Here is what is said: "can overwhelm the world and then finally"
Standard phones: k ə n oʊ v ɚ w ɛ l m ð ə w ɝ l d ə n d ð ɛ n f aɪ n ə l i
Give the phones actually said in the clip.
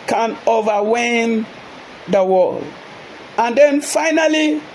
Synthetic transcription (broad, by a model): k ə n oʊ v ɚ w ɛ m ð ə w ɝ l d ə n d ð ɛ n f aɪ n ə l i